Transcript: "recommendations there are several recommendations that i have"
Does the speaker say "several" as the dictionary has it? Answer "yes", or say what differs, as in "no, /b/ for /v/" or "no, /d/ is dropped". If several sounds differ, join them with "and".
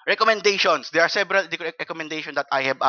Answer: no, /b/ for /v/